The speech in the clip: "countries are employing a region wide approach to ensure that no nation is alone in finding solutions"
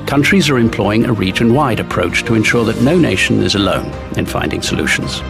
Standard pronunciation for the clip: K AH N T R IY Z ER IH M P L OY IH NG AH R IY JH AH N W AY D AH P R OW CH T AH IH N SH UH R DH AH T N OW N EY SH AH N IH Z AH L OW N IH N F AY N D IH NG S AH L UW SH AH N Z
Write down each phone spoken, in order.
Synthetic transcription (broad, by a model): K AH N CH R IY Z ER IH M P L OY IH NG AH R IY CH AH N W AY D AH P R OW CH T AH IH N SH UH R DH AH T N OW N EY SH AH N IH Z AH L OW N IH N F AY N D IH NG S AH L UW SH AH N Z